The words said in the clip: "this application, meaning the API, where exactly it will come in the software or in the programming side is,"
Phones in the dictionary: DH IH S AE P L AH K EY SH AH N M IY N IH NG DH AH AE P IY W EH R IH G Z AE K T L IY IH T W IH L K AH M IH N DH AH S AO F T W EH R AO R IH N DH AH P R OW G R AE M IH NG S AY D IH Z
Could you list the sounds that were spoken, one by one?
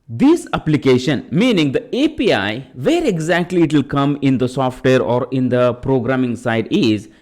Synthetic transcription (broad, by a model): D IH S AE P L AH K EY SH AH N M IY N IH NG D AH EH P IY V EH R IH G Z AE K T L IY IH T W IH L K AH M IH N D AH S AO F T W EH R AO R IH N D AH P R OW G R AE M IH NG S AY D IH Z